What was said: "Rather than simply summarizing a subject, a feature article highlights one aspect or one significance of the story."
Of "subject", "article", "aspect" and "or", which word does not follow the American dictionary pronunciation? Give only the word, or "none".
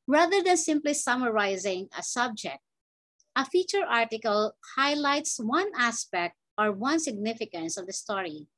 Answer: none